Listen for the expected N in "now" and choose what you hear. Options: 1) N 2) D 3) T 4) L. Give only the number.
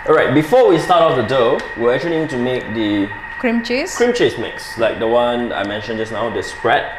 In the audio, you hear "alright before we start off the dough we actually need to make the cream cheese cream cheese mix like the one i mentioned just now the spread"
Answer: 1